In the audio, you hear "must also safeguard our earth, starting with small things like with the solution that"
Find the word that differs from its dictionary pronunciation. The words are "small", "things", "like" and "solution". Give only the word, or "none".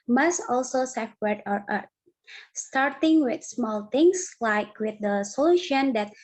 things